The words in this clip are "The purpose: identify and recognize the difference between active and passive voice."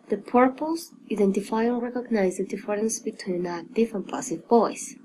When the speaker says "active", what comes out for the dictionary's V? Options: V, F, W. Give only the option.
F